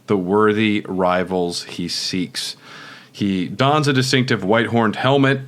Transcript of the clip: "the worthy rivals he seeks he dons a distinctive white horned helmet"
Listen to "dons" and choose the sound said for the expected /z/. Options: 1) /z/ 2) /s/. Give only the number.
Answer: 1